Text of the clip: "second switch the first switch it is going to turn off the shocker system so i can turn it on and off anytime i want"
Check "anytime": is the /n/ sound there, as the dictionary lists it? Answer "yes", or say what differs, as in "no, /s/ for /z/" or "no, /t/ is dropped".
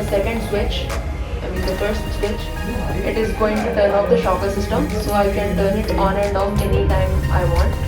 yes